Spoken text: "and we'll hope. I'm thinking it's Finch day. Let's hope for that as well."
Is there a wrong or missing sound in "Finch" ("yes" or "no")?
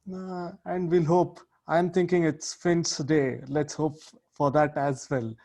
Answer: yes